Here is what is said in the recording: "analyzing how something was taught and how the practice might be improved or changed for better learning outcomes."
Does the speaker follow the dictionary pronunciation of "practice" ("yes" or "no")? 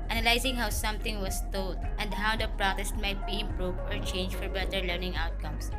no